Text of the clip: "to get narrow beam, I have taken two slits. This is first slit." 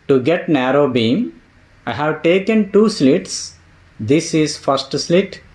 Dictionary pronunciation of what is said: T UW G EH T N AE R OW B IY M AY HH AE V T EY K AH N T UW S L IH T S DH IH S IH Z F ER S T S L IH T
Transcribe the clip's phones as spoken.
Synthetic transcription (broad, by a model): T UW G EH T N AE R OW B IY M AY HH AE V T EY K AH N T UW S L IH T S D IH S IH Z F ER S T S L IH T